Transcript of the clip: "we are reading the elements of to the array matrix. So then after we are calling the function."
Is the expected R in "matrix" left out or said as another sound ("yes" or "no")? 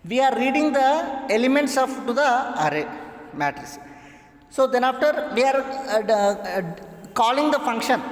yes